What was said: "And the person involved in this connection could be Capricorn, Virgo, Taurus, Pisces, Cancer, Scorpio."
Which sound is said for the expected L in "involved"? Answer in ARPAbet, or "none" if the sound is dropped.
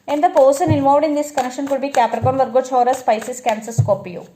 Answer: none